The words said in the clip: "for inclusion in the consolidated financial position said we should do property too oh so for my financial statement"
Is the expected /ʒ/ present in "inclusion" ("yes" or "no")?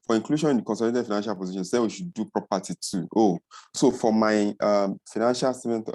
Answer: no